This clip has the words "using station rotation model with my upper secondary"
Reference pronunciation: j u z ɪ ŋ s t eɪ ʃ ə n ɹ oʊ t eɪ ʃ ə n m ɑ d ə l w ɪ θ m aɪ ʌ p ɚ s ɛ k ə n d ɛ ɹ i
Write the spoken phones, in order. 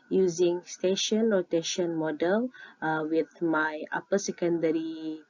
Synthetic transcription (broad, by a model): j u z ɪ ŋ s t eɪ ʃ ə n l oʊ t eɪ ʃ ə n m ɑ d ə l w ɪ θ m aɪ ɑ p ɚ s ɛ k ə n d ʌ ɹ i